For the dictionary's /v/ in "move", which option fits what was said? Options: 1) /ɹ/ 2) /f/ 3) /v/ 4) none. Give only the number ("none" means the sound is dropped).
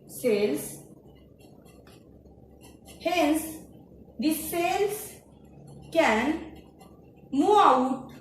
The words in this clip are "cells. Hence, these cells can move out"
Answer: 4